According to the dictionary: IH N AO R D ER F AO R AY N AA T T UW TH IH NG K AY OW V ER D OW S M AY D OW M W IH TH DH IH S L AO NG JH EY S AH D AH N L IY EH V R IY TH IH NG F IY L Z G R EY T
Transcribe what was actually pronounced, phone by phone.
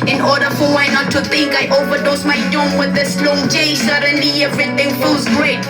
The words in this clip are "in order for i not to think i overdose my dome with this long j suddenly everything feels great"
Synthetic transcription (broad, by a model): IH N AO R D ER F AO W AY N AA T T UW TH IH NG K AY OW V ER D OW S M AY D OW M W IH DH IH S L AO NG JH EY S AH D AH N L IY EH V R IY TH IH NG F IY L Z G R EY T